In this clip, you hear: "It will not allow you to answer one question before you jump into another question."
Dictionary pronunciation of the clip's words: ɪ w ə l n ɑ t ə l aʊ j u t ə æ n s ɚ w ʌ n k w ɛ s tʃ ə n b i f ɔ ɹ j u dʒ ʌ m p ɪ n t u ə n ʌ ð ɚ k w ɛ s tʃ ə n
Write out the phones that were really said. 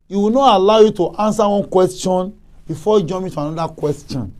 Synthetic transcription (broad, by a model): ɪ w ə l n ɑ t ə l aʊ j u t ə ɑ n s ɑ w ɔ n k w ɛ s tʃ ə n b i f ɔ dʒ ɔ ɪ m ɪ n t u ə n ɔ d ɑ k w ɛ s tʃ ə n